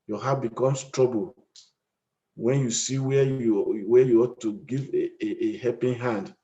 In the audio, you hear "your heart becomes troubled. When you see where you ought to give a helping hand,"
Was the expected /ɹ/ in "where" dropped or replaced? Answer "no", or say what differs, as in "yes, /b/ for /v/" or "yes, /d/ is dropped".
yes, /w/ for /ɹ/